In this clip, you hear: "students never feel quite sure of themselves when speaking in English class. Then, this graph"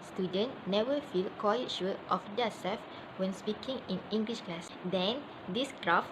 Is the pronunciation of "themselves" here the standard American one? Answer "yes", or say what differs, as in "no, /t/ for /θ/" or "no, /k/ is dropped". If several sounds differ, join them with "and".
no, /m/ is dropped